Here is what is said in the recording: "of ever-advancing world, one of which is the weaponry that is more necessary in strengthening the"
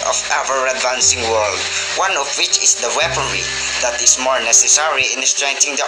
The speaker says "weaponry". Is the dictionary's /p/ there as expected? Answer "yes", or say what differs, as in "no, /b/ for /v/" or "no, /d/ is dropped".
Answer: yes